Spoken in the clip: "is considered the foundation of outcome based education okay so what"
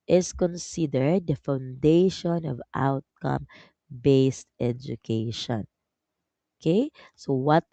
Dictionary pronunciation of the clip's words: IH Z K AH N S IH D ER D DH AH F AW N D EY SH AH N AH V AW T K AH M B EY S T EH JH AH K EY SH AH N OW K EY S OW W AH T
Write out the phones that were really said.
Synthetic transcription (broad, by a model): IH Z K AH N S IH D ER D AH F AW N D EY SH AH N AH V AW T K AH M B EY S T EH JH AH K EY SH AH N OW K EY S OW W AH T